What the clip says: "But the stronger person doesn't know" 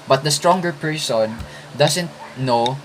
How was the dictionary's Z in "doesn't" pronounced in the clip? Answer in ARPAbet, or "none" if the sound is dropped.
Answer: S